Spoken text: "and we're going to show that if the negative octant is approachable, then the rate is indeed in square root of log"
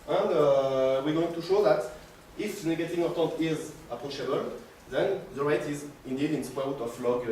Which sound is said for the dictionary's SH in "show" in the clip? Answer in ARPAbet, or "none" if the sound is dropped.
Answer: SH